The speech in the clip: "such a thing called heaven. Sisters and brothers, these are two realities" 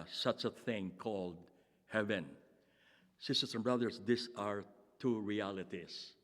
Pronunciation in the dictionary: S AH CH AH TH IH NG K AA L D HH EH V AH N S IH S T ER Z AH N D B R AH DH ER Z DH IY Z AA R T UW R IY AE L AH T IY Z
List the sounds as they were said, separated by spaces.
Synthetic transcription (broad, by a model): S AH CH AH TH IH NG K AA L D HH EH V AH N S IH S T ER S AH N B R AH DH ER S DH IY S AA R T UW R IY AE L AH T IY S